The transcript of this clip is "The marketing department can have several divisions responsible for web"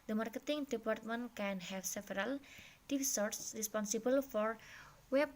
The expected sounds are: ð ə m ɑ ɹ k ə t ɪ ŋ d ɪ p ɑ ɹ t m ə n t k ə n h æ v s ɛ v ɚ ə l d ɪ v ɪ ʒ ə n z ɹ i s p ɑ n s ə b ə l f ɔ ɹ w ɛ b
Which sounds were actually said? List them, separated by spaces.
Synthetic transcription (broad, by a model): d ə m ɑ ɹ k ə t ɪ ŋ d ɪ p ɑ ɹ t m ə n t k ə n h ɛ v s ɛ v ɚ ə l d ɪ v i s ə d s ɹ i s p ɑ n s ə b ə l f ɔ ɹ w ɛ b